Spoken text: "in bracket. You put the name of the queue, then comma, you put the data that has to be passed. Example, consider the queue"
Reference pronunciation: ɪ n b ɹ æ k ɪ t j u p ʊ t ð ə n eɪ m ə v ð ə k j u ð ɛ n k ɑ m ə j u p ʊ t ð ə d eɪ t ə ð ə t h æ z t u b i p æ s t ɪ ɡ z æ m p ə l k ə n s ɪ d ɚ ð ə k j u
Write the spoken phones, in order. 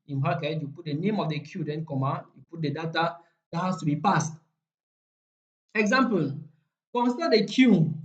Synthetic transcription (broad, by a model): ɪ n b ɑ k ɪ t j u p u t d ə n eɪ m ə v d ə k j u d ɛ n k ɑ m ə j u p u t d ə d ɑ t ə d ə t h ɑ s t u b i p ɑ s t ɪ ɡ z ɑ m p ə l k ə n s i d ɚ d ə k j u